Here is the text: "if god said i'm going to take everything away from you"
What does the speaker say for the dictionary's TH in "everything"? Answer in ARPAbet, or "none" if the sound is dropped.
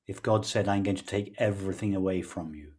TH